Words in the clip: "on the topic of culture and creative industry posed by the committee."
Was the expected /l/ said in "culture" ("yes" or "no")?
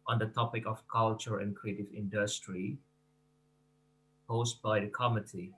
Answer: yes